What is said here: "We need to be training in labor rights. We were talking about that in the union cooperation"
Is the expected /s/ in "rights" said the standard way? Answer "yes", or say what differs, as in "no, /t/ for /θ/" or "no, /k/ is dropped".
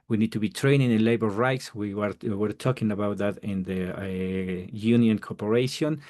yes